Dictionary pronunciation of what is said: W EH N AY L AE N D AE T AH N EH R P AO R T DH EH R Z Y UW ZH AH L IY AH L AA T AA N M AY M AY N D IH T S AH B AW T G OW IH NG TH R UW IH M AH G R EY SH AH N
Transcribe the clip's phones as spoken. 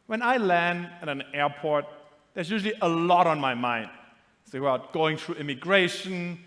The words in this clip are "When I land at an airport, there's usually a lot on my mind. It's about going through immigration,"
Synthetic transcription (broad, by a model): W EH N AY L AE N D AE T AH N EH R P AO R T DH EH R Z Y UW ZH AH L IY AH L AA T AA N M AY M AY N D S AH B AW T G OW IH NG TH R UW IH M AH G R EY SH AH N